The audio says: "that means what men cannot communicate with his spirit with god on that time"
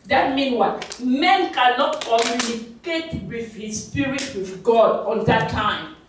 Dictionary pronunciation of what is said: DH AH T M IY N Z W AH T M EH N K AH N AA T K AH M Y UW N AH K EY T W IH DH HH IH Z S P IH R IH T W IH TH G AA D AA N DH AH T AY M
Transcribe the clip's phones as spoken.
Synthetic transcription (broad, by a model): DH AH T M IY N W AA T M EH N K AH N AA T K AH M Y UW N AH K EY T W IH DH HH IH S P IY R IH T W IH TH G AA D AA N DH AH T AY M